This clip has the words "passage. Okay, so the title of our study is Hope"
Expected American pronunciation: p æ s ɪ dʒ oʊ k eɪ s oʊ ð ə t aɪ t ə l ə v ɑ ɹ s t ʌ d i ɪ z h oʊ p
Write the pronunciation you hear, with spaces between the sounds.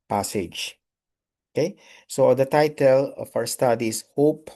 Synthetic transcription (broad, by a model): p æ s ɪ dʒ oʊ k eɪ s oʊ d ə t aɪ t ə l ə f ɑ w s t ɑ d i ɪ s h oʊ p